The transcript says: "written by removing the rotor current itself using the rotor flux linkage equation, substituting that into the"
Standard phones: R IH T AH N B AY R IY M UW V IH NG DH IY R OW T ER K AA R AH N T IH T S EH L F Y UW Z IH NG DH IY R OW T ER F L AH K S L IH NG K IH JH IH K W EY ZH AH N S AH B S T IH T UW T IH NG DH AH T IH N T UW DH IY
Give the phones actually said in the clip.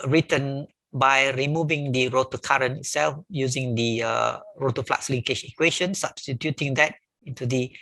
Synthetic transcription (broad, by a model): R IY T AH N B AY R IY M UW V IH NG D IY R OW T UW K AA R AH N IH T S EH L F Y UW Z IH NG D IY R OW T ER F L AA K S L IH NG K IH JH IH K W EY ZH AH N S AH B S T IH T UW T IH NG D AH T IH N T UW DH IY